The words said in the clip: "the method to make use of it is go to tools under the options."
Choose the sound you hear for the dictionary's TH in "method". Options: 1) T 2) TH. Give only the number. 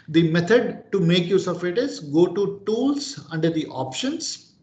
1